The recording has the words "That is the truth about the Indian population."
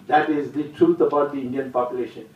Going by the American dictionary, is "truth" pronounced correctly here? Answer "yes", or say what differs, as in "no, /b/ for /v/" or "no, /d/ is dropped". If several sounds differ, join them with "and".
no, /t/ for /θ/